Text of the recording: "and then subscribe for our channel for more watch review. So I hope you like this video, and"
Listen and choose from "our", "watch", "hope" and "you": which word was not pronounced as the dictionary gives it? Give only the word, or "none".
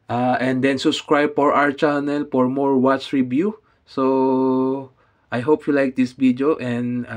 none